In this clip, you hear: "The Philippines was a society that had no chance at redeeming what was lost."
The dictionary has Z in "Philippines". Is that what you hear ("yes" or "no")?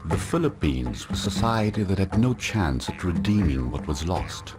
yes